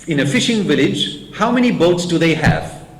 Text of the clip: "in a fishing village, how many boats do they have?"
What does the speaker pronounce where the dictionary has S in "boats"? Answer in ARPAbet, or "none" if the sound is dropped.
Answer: S